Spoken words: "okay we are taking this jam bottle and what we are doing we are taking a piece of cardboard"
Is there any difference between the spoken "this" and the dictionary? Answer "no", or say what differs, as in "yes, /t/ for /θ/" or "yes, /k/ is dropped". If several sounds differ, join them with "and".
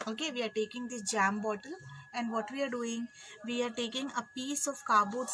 yes, /s/ is dropped